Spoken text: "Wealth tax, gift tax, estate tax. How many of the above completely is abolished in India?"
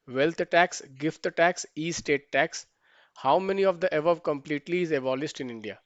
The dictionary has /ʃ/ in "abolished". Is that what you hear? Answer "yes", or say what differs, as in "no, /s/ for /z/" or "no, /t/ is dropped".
no, /s/ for /ʃ/